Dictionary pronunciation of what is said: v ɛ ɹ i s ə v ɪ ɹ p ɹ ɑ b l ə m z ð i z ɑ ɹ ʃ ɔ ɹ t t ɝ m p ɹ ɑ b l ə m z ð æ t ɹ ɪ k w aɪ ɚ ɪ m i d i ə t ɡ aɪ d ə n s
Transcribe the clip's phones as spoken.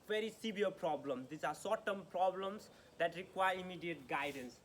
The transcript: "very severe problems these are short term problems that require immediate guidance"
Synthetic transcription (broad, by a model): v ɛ ɹ i s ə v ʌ ɹ p ɹ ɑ b l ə m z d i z ɑ ɹ s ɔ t t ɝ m p ɹ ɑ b l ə m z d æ t ɹ ɪ k w aɪ ɚ ɪ m i d i ə t ɡ aɪ d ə n s